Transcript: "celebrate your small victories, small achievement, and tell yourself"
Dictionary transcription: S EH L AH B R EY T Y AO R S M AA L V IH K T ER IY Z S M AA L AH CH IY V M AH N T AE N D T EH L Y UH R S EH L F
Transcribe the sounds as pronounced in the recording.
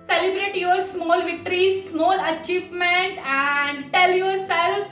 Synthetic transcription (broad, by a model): S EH L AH B R EY T Y AO R S M AA L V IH K T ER IY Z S M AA L AH CH IY V M AH N T AE N D T EH L Y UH R S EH L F